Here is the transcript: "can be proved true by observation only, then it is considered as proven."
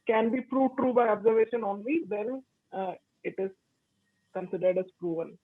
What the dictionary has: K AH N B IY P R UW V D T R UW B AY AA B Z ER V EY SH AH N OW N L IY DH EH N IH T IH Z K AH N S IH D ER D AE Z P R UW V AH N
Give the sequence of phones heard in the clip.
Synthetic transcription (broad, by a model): K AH N B IY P R UW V T R UW B AY AA B Z ER V EY SH AH N OW N L IY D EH N IH T IH Z K AH N S IH D ER D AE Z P R UW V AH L